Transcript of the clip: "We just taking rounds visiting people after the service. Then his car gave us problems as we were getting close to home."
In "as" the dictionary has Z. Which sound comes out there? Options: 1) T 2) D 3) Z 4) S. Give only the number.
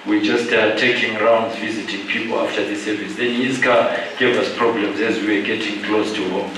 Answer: 3